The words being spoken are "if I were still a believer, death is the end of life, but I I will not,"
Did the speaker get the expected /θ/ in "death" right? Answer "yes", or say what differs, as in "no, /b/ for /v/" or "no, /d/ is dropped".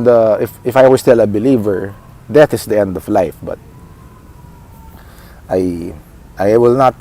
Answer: no, /t/ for /θ/